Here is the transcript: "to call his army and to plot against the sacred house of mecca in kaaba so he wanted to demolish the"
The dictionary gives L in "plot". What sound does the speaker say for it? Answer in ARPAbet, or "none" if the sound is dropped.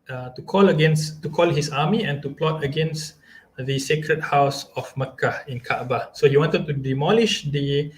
L